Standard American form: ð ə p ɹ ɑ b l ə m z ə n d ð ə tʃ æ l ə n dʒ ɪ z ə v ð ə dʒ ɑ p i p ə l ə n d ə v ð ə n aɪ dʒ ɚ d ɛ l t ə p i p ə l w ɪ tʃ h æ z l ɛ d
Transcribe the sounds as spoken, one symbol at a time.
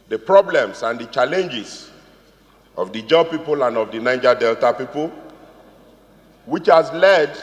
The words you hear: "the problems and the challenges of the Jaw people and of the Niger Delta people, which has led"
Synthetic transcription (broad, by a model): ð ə p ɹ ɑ b l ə m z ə n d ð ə tʃ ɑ l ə n dʒ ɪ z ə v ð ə dʒ ɑ p i p ə l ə n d ə v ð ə n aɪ dʒ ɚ d ɛ l t ə p i p ə l w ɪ tʃ h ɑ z l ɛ d